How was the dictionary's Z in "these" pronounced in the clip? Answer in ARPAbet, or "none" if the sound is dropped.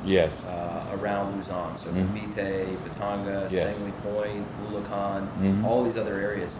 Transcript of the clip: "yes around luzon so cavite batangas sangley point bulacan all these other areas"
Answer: Z